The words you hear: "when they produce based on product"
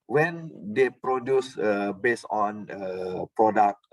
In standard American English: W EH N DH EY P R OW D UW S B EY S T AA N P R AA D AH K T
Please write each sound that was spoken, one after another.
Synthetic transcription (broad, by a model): W EH N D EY P R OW D UW S B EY S AA N P R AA D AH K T